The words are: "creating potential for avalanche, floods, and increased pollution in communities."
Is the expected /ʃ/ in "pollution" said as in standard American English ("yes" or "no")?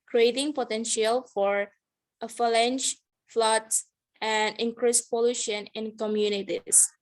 yes